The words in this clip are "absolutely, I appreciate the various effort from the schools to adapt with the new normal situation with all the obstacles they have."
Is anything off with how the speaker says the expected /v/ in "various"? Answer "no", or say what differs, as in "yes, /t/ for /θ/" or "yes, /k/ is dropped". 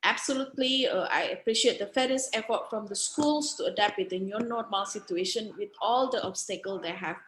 yes, /f/ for /v/